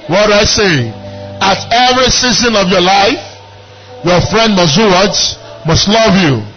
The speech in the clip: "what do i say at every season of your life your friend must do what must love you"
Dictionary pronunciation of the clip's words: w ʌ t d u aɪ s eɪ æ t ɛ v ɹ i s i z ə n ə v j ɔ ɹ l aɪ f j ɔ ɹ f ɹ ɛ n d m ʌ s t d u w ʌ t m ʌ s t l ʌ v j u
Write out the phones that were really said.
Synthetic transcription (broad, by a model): w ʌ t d aɪ s eɪ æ t ɛ v ɹ i s i z ə n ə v j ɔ l aɪ f j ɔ f ɹ ɛ n d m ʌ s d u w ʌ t m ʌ s t l ʌ v j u